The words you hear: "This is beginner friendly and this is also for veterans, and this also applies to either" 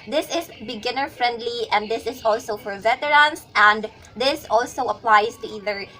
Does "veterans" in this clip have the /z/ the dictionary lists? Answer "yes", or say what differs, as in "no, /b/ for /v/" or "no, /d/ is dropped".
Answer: no, /s/ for /z/